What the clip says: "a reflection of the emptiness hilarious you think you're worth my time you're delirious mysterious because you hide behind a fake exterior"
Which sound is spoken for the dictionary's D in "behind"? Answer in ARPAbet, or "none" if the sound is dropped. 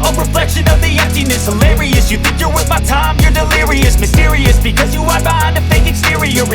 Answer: none